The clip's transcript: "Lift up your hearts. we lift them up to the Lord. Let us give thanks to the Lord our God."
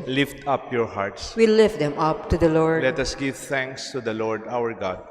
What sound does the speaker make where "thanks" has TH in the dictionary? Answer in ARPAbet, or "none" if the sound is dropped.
T